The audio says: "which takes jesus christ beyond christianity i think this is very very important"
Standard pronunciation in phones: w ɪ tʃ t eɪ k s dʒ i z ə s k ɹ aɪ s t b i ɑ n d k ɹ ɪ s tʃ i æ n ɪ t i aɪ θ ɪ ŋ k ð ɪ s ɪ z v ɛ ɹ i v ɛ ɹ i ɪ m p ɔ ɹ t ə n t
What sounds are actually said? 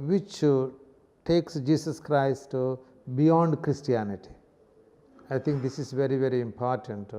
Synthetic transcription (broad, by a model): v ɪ tʃ t eɪ k s dʒ i s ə s k ɹ aɪ s t b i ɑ n d k ɹ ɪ s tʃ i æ n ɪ t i aɪ t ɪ ŋ k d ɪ s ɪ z v ɛ ɹ i v ɛ ɹ i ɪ m p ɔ ɹ t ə n t